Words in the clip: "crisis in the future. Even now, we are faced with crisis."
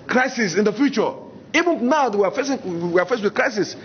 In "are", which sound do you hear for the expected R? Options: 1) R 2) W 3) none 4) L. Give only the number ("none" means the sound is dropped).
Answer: 2